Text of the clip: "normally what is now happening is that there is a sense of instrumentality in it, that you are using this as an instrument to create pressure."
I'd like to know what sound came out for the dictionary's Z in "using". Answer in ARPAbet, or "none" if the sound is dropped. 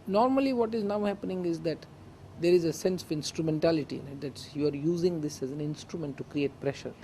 Z